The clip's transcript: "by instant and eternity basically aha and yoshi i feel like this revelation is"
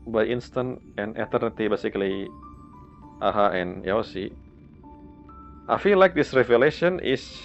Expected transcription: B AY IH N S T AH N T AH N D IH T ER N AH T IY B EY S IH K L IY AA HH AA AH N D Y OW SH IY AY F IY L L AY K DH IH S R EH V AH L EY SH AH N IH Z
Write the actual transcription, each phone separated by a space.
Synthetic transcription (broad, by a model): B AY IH N S T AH N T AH N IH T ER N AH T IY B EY S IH K L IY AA HH AA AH N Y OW S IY AY F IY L L AY K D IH S R EH V AH L EY SH AH N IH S